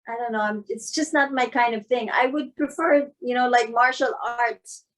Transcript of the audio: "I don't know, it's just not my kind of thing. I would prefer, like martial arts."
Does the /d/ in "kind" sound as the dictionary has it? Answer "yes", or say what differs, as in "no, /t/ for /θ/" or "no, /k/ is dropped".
yes